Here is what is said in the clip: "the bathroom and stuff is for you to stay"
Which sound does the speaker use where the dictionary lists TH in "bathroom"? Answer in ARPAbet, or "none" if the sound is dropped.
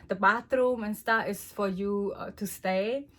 T